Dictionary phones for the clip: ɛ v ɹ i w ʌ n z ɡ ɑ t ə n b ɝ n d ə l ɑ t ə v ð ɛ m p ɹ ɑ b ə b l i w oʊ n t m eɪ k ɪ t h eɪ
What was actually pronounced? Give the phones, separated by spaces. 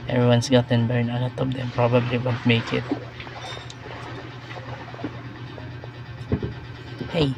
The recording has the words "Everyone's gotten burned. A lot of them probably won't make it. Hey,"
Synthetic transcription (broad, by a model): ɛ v ɹ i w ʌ n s ɡ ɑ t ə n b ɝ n ə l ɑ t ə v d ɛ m p ɹ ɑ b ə b l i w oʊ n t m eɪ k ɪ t h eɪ